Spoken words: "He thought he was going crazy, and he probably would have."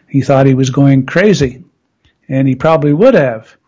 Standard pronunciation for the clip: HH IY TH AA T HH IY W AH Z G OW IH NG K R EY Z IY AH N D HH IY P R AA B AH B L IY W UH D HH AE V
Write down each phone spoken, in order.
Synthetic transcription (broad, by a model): HH IY TH AA T HH IY W AH Z G OW IH NG K R EY Z IY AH N IY P R AA B AH B L IY W UH D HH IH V